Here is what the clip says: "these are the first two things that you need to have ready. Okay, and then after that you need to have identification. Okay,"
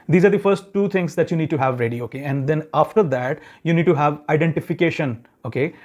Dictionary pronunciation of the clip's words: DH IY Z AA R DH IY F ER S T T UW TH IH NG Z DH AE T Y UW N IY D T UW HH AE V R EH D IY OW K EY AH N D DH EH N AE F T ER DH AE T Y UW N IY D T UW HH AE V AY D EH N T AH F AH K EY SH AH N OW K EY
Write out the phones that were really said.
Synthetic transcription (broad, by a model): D IY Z AA R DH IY F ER S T T UW T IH NG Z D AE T Y UW N IY D T UW HH AE V R EH D IY OW K EY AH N D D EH N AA F T ER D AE T Y UW N IY D T UW HH AE V AY D EH N T AH F AH K EY SH AH N OW K EY